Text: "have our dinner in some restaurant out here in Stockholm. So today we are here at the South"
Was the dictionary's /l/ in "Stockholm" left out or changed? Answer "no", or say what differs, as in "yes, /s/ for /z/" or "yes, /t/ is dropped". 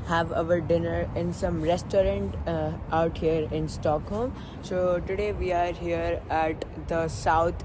no